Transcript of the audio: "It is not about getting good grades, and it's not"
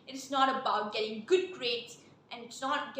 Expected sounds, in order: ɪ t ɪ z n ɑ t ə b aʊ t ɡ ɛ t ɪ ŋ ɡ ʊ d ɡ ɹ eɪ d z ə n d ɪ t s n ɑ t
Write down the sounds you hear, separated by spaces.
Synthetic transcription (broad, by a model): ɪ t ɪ s n ɑ t ə b aʊ t ɡ ɛ t ɪ ŋ ɡ ʊ d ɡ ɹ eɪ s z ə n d ɪ t s n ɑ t